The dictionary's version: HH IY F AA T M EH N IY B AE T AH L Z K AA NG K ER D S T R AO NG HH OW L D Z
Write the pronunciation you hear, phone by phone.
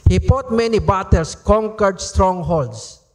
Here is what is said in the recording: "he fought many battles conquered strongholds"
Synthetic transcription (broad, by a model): HH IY P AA T M EH N IY B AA T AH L S K AA NG K ER D S T R AO NG HH OW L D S